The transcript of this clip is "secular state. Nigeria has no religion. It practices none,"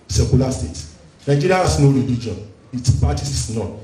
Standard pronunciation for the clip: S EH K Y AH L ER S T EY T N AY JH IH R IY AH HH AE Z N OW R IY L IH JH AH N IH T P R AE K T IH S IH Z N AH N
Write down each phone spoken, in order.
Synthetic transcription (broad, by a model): S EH K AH L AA S T EY T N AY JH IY R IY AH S N OW R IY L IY JH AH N IH T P AA T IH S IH S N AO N